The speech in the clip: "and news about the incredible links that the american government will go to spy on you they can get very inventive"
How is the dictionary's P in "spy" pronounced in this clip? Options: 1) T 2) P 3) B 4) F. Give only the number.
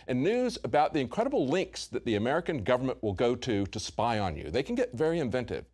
2